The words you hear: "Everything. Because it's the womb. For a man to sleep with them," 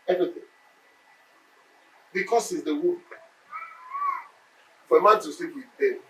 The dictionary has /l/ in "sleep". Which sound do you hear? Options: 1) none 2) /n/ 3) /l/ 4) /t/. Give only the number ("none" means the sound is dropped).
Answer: 1